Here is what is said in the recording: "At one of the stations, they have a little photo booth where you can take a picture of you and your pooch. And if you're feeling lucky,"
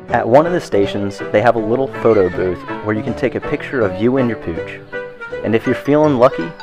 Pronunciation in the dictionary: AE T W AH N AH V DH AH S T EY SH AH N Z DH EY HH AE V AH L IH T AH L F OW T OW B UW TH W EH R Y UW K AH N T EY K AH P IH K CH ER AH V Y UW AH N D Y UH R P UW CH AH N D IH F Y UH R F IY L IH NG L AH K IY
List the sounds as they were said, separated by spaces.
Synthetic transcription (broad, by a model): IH T W AH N AH V DH AH S T EY SH AH N Z DH EY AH V AH L IH T L F OW T OW B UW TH W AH R Y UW K N T EY K AH P IH K CH ER AH V Y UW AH N Y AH R P UW CH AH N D IH F Y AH R F IY L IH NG L AH K IY